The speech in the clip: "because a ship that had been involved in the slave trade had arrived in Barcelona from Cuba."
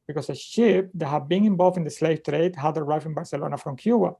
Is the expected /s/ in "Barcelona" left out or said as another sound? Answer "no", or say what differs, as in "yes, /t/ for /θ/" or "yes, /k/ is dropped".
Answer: no